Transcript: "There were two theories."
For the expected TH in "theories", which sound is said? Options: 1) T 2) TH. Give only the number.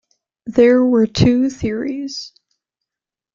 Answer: 2